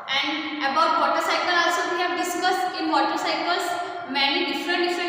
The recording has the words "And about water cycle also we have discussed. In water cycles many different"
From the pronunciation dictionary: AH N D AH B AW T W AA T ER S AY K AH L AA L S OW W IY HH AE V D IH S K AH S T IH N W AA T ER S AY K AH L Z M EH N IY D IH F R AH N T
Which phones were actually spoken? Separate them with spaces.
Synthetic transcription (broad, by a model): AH N D AH B AW T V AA T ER S AY K AH L AA L S OW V IY HH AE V D IH S K AH S T IH N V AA T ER S AY K AH L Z M EH N IY D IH F R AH N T